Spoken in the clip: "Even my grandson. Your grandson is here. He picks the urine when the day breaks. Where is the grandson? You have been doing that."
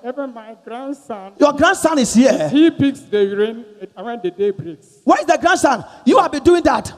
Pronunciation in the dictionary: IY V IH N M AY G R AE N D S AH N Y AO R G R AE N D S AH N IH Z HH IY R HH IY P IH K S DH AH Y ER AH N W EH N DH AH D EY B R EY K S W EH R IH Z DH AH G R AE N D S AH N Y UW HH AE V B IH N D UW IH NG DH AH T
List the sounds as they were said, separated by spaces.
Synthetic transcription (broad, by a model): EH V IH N M AY G R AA N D S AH N Y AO G R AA N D S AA N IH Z HH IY HH IY B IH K S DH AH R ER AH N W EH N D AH D EY B R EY K S W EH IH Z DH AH G R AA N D S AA N Y UW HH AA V B IH N D UW IH NG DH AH T